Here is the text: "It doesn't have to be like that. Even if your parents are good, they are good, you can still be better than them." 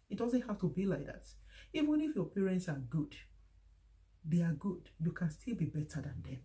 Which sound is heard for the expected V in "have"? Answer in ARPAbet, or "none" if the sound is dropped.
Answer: F